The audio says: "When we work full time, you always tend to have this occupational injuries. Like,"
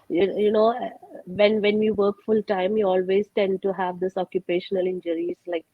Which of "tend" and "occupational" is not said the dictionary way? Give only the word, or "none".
none